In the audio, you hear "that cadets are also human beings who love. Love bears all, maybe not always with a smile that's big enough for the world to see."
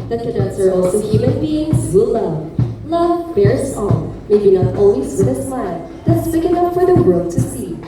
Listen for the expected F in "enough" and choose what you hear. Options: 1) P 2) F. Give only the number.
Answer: 1